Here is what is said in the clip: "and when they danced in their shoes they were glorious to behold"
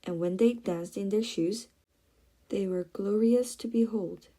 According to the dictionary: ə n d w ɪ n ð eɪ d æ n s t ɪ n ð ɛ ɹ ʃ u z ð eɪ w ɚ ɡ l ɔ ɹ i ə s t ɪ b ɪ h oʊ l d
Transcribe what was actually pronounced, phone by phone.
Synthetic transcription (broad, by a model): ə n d w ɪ n ð eɪ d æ n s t ɪ n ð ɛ ɹ ʃ u z ð eɪ w ɚ ɡ l ɔ ɹ i ə s t ɪ b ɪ h oʊ l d